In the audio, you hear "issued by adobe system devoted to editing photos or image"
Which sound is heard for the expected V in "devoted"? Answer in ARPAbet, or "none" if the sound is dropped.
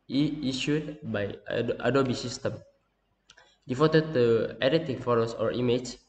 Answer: F